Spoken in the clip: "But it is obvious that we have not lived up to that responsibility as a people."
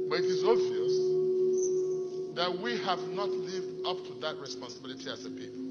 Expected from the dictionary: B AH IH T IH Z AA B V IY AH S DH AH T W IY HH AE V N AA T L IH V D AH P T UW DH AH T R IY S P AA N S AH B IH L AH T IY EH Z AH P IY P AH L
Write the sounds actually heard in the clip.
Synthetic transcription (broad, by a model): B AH IH T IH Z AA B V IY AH S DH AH T W IY HH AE V N AA T L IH V D AH P T UW DH AH T R IY S P AA N S AH B IH L AH T IY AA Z AH P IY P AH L